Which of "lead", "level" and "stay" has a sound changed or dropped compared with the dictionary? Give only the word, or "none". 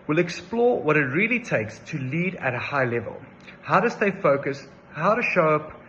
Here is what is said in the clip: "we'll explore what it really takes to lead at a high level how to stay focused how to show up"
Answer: none